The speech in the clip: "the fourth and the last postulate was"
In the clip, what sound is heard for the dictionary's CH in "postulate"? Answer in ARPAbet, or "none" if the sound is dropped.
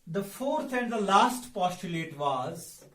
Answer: CH